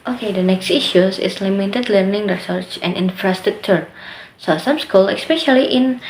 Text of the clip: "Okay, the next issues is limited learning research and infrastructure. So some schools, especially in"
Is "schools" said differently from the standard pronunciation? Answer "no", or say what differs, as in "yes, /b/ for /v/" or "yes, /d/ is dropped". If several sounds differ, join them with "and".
yes, /z/ is dropped